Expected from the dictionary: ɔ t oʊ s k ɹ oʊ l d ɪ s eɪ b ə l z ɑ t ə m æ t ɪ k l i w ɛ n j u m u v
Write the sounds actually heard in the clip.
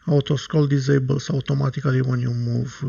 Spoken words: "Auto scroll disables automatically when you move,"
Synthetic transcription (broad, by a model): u t oʊ s k oʊ l d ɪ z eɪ b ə l s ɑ t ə m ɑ t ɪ k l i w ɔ n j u m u v